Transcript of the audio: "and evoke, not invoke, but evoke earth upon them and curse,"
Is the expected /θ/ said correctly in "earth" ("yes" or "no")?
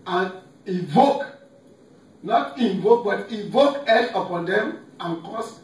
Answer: no